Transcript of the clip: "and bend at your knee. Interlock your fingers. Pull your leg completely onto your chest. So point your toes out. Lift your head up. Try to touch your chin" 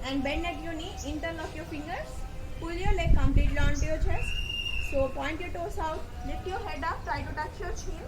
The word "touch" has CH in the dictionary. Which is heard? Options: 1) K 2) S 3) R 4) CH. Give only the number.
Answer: 4